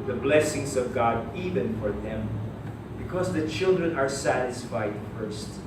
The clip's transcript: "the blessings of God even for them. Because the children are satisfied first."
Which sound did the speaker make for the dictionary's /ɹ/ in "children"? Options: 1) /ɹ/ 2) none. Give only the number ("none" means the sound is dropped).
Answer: 1